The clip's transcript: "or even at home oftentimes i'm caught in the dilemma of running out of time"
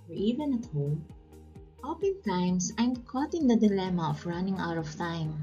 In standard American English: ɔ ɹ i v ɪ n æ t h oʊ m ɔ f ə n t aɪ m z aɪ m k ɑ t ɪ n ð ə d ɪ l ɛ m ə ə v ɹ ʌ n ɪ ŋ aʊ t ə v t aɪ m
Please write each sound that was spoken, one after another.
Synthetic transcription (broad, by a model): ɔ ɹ i v ɪ n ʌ t h oʊ m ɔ p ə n t aɪ m s aɪ m k ɑ t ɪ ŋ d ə d ɪ l ɛ m ə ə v ɹ ʌ n ɪ ŋ aʊ t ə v t aɪ m